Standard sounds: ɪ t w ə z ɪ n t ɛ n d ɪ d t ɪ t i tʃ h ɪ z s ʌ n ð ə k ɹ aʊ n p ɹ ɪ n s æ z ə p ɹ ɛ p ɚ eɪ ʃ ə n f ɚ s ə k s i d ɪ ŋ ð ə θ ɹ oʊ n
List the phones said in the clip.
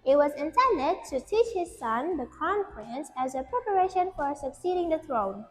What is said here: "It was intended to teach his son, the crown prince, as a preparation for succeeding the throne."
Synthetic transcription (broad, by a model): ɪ t w ə z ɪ n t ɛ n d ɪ t ɪ t i tʃ h ɪ z s ʌ n ð ə k aʊ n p ɹ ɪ n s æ z ə p ɹ ɛ p ɚ eɪ ʃ ə n f ɚ s ə k s i d ɪ ŋ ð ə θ ɹ oʊ n